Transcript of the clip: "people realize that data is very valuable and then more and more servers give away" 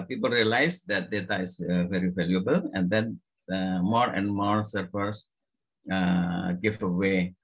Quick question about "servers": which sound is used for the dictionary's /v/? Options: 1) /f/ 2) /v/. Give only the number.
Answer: 1